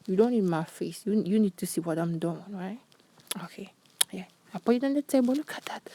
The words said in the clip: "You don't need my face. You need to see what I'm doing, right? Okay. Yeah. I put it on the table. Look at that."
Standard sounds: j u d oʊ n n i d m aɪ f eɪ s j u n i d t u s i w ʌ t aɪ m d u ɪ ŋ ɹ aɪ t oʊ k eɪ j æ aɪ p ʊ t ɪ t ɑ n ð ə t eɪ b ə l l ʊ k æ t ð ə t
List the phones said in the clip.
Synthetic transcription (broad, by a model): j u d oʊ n n i d m aɪ f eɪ s j u n i d t u s i w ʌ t aɪ m d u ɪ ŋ ɹ aɪ t oʊ k eɪ j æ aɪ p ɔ ɪ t ɑ n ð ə t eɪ b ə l l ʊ k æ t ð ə t